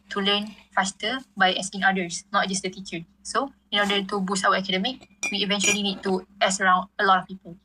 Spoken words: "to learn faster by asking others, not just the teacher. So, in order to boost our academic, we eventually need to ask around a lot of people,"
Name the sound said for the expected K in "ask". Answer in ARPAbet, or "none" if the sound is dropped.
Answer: none